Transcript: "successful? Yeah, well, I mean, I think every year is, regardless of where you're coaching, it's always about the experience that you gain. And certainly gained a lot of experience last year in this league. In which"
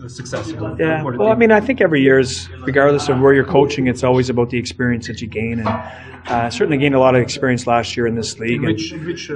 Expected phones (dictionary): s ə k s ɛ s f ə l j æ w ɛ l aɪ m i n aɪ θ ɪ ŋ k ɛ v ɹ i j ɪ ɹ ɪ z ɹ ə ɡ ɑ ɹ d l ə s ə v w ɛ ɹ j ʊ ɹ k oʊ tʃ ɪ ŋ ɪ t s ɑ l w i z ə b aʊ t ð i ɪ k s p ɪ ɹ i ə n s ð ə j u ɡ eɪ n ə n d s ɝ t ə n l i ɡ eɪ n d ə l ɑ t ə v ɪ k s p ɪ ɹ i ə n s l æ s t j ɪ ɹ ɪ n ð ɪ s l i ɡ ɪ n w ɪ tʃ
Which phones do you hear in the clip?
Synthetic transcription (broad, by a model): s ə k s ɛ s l j æ w ɛ l aɪ m i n aɪ θ ɪ ŋ k ɛ v ɹ i j ɪ ɹ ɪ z ɹ ə ɡ ɑ ɹ d l ə s ə v w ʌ ɹ j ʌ ɹ k oʊ tʃ ɪ ŋ ɪ t s ɑ l w i z ə b aʊ t ð i ɪ k s p ɪ ɹ i ə n s ð ə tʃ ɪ ɡ eɪ n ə n s ɝ t n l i ɡ eɪ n ə l ɑ t ə v ɪ k s p ɪ ɹ i ə n s l æ s t j ɪ ɹ ɪ n ð ɪ s l i ɡ ɪ n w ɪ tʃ